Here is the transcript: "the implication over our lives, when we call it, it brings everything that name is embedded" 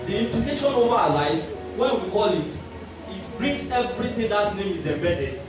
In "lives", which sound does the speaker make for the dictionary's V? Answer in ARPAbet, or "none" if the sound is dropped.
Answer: none